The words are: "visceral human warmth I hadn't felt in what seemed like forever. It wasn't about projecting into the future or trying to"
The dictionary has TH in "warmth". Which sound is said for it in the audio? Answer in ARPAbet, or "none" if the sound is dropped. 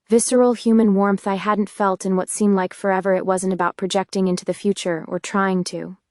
TH